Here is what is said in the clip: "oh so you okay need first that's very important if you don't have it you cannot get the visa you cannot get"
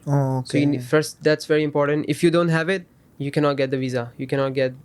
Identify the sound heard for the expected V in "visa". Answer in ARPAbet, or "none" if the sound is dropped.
V